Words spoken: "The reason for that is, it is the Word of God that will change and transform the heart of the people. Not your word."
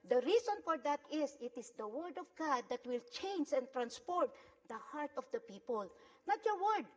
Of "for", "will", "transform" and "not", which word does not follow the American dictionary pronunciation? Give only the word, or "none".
transform